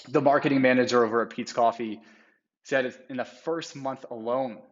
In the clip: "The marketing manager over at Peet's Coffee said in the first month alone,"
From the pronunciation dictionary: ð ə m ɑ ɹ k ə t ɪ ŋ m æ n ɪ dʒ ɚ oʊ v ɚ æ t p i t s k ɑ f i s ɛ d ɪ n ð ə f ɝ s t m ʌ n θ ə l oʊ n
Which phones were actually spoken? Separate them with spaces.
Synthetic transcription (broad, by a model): ð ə m ɑ ɹ k ə t ɪ ŋ m æ n ɪ dʒ ɚ oʊ v ɚ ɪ p i t s k ɑ f i s ɛ d ɪ n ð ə f ɝ s t m ʌ n θ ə l oʊ n